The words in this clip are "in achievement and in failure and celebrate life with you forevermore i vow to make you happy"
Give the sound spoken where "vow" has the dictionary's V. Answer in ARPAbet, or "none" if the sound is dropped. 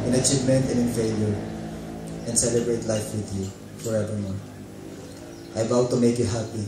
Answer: B